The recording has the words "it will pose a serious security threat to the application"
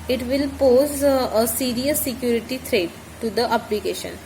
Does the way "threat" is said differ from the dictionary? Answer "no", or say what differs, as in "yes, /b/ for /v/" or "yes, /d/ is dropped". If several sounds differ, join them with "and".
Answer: yes, /t/ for /θ/